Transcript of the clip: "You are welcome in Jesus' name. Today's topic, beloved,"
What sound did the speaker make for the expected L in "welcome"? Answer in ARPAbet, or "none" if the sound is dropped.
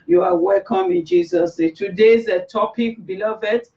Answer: L